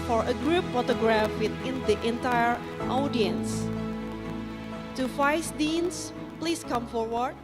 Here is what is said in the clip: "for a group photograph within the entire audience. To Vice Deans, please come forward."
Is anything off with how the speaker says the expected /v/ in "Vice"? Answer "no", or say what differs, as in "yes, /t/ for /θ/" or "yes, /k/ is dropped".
yes, /f/ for /v/